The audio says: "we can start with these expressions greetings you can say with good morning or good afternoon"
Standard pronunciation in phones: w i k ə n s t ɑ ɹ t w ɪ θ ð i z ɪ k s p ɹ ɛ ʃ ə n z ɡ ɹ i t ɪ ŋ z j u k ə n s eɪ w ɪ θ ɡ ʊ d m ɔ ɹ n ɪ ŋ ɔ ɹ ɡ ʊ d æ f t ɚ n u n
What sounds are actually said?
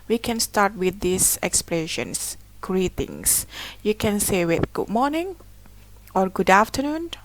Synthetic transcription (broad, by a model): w i k ə n s t ɑ ɹ t w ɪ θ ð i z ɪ k s p l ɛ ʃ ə n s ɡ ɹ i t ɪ ŋ s j u k ə n s eɪ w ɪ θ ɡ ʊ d m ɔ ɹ n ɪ ŋ ɔ ɹ ɡ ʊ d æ f t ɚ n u n